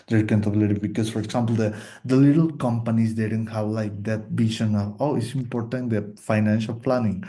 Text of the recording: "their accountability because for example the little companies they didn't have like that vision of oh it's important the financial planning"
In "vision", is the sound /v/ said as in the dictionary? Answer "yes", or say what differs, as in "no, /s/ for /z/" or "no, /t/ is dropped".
no, /b/ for /v/